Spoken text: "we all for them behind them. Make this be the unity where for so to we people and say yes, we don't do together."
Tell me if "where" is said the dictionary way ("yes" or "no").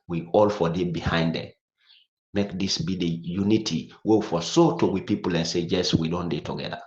no